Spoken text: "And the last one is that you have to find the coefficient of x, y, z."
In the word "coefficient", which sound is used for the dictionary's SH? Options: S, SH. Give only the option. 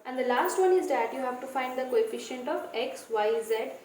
SH